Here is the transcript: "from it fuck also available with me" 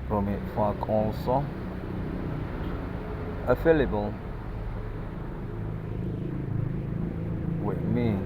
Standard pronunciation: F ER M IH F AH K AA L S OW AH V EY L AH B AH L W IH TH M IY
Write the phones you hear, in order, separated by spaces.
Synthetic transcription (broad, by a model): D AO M IH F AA K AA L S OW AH F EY L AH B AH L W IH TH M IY